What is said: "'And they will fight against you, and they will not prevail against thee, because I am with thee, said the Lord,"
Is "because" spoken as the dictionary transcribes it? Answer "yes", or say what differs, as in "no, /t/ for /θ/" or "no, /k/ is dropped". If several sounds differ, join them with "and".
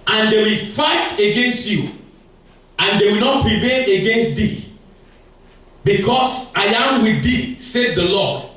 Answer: no, /s/ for /z/